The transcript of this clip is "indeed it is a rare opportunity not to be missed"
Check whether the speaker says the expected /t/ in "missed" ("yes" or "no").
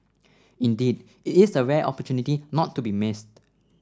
yes